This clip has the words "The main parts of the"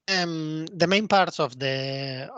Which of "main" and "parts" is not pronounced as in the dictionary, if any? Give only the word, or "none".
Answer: none